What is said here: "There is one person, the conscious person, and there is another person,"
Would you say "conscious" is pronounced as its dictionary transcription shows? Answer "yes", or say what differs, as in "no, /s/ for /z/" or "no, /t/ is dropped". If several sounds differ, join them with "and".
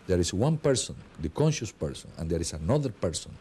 yes